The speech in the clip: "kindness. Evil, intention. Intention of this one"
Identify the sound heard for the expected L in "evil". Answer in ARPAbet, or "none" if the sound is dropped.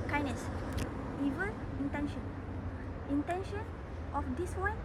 N